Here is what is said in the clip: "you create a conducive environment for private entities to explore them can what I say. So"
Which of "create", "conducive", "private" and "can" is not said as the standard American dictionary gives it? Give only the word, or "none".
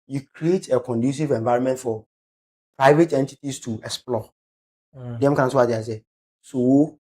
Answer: none